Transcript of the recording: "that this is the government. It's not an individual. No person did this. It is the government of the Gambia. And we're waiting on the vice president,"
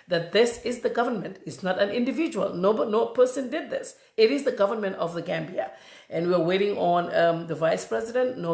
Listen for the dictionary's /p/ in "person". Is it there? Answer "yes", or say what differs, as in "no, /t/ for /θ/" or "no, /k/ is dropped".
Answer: yes